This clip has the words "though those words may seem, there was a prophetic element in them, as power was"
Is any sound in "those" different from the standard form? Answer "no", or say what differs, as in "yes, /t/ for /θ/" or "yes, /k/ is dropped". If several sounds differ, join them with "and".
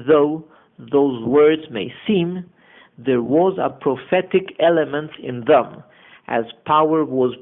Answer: no